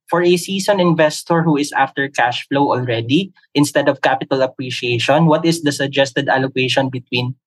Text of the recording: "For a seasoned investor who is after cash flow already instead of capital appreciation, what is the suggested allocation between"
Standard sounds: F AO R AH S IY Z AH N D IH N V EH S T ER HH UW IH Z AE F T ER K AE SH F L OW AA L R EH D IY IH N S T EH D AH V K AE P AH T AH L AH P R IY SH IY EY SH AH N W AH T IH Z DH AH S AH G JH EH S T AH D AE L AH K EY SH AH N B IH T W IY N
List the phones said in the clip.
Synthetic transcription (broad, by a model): F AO R AH S IY S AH N IH N V EH S T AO HH UW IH S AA F T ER K AE SH F L OW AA L R EH D IY IH N S T EH D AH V K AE P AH T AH L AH P R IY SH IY EY SH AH N W AH T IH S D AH S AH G JH EH S T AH D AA L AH K EY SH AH N B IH T W IY N